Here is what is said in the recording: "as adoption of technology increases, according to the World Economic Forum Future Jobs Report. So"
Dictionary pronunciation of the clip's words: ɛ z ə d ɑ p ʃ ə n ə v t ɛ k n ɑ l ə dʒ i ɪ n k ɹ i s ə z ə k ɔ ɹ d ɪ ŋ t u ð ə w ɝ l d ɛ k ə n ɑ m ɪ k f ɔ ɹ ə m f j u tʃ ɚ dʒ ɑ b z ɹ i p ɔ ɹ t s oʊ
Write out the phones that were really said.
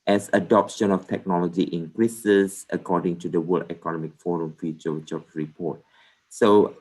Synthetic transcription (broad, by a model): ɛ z ə d ɑ p ʃ ə n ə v t ɛ k n ɑ l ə dʒ i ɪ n k ɹ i s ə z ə k ɔ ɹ d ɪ ŋ t u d ə w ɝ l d ɛ k ə n ɑ m ɪ k f ɔ ɹ ə m f j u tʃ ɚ tʃ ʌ ɹ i p ɔ t s oʊ